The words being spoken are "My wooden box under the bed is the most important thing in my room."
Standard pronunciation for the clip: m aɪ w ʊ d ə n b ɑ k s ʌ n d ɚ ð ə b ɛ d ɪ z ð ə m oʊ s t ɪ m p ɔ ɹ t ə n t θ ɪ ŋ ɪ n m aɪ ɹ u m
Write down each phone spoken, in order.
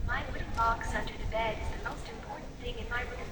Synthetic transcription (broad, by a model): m aɪ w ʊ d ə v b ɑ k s ʌ n d ɚ ð ə b ɛ d ɪ z ð ə m oʊ s t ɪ m p ɔ ɹ t n θ ɪ ŋ ɪ n m aɪ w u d